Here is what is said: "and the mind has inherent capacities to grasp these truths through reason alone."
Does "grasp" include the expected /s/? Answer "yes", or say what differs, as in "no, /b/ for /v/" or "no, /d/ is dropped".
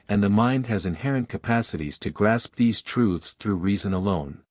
yes